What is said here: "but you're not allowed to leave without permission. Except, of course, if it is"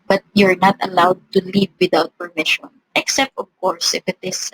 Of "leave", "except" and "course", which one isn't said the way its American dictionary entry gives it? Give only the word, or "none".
none